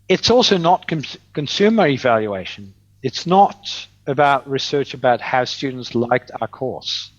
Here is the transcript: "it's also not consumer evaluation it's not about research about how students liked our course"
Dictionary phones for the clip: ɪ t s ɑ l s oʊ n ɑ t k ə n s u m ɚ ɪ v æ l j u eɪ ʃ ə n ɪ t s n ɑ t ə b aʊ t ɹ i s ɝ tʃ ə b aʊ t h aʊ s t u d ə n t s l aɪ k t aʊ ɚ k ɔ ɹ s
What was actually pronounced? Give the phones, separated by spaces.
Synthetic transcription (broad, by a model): ɪ t s ɑ l s oʊ n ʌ t k ə n s u m ɚ ɪ v æ l j u eɪ ʃ ə n ɪ t s n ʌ t ə b aʊ t ɹ i s ɝ tʃ ə b aʊ t h aʊ s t u d n t s l aɪ k t aʊ ɚ k ɔ ɹ s